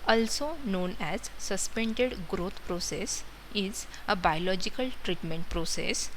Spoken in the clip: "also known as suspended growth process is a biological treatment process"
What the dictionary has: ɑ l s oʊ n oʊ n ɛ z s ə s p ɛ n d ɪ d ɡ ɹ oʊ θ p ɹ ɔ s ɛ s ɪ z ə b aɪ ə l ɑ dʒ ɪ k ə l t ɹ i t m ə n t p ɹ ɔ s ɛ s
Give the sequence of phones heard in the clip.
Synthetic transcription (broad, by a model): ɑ l s oʊ n oʊ n ɛ z s ə s p ɛ n d ɪ d ɡ ɹ oʊ t p ɹ ɔ s ɛ s ɪ z ə b aɪ ə l ɑ dʒ ɪ k ə l t ɹ i t m ə n t p ɹ ɔ s ɛ s